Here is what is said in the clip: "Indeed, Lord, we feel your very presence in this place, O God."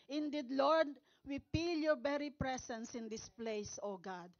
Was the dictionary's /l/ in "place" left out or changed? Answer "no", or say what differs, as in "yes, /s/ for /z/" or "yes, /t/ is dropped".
no